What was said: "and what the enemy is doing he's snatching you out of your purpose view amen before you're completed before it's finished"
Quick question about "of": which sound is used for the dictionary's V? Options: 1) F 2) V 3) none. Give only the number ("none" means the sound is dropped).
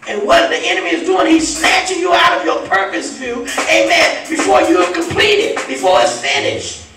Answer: 2